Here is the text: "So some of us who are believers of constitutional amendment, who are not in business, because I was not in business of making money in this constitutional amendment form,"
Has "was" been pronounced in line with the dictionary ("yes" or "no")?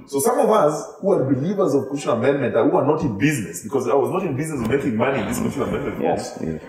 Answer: yes